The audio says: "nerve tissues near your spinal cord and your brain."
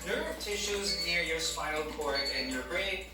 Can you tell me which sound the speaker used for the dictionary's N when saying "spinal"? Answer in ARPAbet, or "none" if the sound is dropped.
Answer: none